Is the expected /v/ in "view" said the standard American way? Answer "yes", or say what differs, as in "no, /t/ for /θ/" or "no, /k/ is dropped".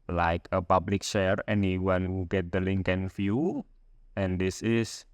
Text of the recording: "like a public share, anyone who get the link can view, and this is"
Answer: no, /f/ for /v/